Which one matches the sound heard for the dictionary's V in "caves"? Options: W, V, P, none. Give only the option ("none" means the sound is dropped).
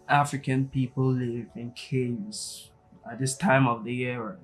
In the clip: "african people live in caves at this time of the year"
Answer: none